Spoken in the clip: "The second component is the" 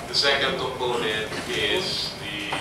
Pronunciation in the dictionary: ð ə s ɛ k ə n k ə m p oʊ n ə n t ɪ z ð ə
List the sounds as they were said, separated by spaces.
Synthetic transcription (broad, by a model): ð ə s ɛ k ə n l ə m oʊ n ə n ɪ z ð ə